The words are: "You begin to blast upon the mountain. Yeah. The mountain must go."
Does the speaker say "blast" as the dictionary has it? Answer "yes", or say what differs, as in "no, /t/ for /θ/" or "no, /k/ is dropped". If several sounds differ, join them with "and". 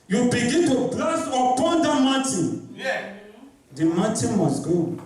no, /t/ is dropped